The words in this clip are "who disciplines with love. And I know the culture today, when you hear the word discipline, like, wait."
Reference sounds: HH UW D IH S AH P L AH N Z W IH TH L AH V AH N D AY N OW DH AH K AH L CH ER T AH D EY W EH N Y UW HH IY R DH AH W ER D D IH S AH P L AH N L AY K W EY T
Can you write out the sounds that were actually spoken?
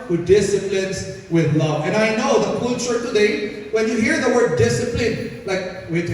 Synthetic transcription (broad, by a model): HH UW D IH S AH P L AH N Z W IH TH L AH V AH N AY N OW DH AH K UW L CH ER T AH D EY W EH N Y UW HH IY R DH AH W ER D D IH S AH P L AH N L AY K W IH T